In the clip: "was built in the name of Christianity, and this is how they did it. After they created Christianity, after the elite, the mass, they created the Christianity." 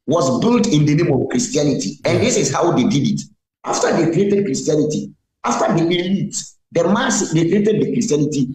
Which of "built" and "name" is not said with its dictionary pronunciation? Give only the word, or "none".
none